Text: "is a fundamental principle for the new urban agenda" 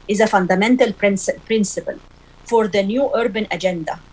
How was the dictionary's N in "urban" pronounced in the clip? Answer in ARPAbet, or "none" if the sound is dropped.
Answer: N